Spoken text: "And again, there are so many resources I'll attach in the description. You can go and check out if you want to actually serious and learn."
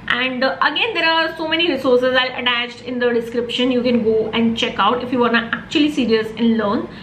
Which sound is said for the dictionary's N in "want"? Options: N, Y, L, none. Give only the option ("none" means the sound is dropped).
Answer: none